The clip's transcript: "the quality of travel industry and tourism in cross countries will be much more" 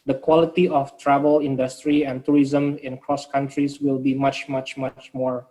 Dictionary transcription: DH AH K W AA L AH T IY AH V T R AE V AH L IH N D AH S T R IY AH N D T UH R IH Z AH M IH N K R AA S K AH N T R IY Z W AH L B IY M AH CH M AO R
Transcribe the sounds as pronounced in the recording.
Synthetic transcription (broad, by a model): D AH K W AA L AH T IY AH F T R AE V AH L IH N D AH S T R IY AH N T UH R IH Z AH M IH N K R AA S K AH N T R IY S W AH L B IY M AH CH M AO R